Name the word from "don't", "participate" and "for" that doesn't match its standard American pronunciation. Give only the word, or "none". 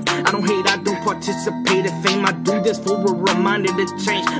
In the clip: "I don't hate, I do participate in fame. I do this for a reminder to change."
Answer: for